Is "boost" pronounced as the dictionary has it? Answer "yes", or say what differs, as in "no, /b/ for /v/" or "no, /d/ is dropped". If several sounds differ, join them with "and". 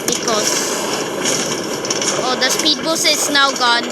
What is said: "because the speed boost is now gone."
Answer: no, /t/ is dropped